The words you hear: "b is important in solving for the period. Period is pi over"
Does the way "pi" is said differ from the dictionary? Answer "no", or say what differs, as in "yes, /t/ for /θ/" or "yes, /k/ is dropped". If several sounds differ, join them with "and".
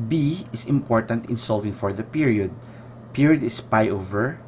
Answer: no